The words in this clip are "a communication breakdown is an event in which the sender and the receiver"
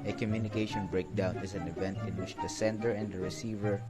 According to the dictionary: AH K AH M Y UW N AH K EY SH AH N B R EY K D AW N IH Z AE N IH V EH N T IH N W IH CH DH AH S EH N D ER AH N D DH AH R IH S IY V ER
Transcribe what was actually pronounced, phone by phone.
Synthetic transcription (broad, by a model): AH K AH M Y UW N AH K EY SH AH N B R EY K D AW N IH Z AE N IH V EH N T IH N W IH CH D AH S EH N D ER AH N D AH R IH S IY V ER